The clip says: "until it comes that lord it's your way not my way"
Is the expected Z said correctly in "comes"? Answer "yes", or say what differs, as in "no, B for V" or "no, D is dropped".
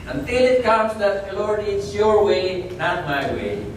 no, S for Z